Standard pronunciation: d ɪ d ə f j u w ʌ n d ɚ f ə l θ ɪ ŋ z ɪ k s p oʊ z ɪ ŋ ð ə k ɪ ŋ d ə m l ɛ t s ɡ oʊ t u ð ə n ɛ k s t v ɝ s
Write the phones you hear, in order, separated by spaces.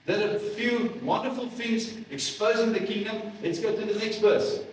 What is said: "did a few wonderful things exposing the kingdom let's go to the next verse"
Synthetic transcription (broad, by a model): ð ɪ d ə f j u w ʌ n d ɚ f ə l f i z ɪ k s p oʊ z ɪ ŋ ð ə k ɪ ŋ d ə m l ɛ t s ɡ oʊ t u ð ə n ɛ k s t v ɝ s